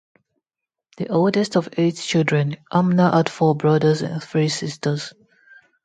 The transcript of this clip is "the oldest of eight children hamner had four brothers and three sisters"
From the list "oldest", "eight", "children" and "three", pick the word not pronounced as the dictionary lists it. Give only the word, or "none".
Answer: none